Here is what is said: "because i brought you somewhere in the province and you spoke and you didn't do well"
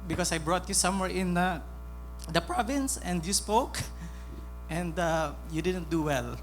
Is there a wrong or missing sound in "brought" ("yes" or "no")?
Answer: no